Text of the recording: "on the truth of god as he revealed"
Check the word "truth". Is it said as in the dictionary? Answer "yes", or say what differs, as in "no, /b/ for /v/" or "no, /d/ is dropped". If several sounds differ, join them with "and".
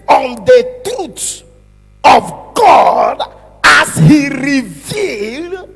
no, /ɹ/ is dropped and /t/ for /θ/